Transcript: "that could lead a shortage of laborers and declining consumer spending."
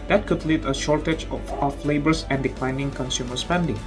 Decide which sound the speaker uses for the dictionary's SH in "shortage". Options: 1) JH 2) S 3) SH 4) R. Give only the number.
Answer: 3